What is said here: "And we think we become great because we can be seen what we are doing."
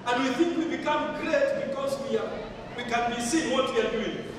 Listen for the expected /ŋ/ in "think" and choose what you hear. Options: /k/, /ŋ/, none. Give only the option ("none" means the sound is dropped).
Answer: /ŋ/